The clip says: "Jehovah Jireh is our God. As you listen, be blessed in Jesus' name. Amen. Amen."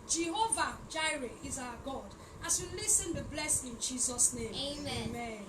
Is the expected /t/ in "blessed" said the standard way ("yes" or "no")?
no